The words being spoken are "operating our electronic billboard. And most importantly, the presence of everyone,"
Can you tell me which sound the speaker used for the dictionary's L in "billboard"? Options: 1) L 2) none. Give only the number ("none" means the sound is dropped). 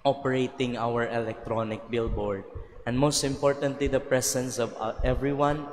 1